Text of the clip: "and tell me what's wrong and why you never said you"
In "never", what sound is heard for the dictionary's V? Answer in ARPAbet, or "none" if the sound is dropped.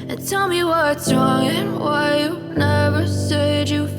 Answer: V